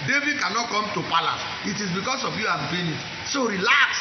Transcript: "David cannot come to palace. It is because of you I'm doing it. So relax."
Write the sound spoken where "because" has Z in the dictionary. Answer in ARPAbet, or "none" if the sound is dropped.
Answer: S